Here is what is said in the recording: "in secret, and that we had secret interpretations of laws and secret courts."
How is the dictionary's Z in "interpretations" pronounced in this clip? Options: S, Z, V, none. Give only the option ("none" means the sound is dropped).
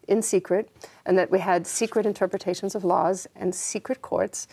Z